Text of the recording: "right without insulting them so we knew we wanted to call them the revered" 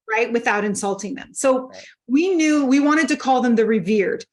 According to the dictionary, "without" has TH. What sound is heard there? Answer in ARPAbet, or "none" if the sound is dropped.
TH